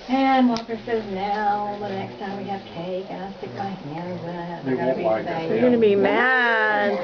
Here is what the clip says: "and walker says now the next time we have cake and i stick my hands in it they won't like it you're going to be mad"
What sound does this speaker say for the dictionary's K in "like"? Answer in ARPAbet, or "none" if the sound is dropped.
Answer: none